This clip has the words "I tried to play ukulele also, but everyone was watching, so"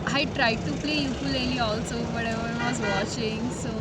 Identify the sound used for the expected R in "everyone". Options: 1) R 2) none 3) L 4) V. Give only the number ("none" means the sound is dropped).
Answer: 2